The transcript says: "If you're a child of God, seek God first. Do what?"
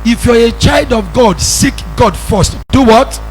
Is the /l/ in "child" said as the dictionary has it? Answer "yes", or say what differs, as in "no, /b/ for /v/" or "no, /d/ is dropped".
yes